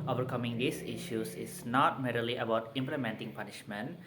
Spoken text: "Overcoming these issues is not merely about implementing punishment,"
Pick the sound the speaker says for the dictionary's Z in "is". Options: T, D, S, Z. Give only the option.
S